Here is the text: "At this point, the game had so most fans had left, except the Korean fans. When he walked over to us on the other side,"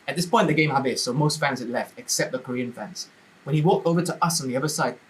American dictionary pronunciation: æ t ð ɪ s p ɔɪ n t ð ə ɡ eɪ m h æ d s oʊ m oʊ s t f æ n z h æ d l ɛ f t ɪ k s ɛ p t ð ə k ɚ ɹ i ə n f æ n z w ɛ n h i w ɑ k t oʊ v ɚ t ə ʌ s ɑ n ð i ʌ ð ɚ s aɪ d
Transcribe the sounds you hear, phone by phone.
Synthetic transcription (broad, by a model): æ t ð ɪ s p ɔɪ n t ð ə ɡ eɪ m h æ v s oʊ m oʊ s t f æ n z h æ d l ɛ f t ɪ k s ɛ p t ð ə k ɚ ɹ i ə n f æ n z w ɛ n h i w ɑ k t oʊ v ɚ t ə ʌ s ɑ n ð i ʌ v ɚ s aɪ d